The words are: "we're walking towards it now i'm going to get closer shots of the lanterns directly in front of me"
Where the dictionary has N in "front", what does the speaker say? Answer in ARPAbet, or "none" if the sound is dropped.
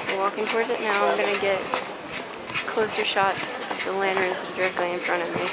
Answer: none